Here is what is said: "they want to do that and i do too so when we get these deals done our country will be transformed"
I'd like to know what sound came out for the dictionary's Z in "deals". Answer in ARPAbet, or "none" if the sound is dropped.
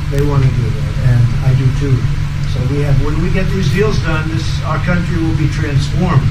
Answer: Z